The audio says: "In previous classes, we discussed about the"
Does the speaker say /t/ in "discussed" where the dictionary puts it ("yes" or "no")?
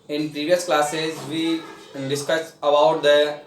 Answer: no